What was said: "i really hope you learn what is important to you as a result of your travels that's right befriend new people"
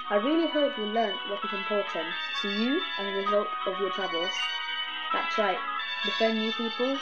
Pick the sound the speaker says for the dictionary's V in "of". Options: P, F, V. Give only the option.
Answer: V